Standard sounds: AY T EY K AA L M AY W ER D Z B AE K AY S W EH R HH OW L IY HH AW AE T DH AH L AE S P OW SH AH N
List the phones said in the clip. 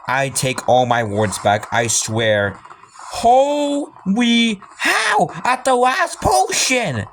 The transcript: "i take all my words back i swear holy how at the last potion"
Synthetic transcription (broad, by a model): AY T EY K AA L M AY W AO D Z B AE K AY S W EH R HH OW W IY HH AW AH T DH AH L AE S P OW SH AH N